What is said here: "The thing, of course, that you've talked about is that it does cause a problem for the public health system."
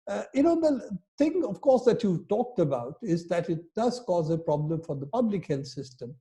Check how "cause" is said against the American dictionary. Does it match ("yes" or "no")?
yes